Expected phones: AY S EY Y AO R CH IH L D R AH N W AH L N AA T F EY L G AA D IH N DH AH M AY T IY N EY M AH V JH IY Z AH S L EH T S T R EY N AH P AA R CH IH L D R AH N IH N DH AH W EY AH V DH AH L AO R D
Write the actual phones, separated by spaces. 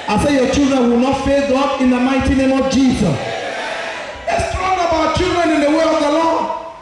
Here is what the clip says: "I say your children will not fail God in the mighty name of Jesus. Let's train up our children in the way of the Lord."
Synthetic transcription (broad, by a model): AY S EY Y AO CH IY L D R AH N W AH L N AA T F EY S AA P IH N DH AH M AY T IY N EY M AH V JH IY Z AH S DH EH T S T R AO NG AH B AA W CH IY L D R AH N IH N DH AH W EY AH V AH L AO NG